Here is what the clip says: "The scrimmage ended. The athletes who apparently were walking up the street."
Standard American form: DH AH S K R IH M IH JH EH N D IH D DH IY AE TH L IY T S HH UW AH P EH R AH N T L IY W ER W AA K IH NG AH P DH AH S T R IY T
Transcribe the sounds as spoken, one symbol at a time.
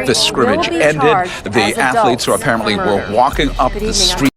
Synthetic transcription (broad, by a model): DH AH S K R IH M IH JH EH N D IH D DH IY AE TH L IY T S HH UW AH P EH R AH N T L IY W ER W AA K IH NG AH P DH AH S T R IY